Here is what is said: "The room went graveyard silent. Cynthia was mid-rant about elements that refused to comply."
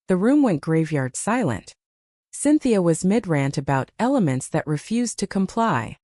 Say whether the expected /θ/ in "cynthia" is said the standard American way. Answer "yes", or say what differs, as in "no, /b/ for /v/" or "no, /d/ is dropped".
yes